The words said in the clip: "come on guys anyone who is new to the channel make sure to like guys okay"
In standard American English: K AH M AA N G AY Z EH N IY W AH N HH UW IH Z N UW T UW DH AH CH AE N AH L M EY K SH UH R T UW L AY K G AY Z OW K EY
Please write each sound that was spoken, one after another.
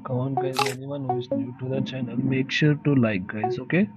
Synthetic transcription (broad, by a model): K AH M AA N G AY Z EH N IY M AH N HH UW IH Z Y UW T UW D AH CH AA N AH N M EY K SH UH R T UW L AY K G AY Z OW K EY